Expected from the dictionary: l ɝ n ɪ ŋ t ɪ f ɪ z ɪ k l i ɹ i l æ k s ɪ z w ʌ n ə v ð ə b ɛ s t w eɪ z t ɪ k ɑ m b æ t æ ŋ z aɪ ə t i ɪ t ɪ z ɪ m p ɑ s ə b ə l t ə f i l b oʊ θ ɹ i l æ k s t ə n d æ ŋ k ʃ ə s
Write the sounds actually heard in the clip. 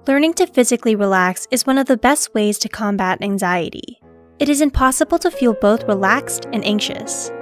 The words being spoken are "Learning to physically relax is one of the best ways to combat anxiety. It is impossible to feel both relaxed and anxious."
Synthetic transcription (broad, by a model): l ɝ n ɪ ŋ t ɪ f ɪ z ɪ k l i ɹ i l æ k s ɪ z w ʌ n ə v ð ə b ɛ s t w eɪ z t ɪ k ɑ m b æ t æ ŋ z aɪ ə t i ɪ t ɪ z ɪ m p ɑ s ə b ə l t ə f i l b oʊ θ ɹ i l æ k s t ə n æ ŋ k ʃ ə s